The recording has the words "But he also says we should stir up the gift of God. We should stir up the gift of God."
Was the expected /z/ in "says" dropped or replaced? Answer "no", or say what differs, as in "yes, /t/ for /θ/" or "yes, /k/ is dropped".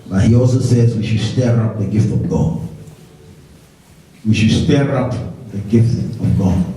no